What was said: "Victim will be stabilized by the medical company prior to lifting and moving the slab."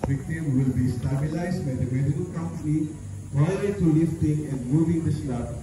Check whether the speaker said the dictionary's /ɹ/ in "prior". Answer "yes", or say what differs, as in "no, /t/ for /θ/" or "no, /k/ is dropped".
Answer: no, /ɹ/ is dropped